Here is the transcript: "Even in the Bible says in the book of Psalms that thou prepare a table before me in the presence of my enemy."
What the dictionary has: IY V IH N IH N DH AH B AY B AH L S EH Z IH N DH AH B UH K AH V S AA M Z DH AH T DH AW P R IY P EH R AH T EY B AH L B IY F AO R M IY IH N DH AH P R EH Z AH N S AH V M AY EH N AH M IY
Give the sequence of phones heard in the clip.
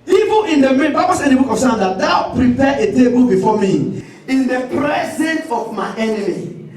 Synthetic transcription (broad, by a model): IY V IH N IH N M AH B AY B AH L S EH IH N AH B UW K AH F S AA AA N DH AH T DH AW P R IY P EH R AH T EY B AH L B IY F AO M IY IH N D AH P R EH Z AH N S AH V M AY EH N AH M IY